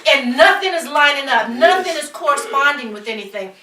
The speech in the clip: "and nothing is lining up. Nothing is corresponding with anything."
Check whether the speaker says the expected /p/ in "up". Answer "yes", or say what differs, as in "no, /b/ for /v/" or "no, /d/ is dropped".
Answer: no, /f/ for /p/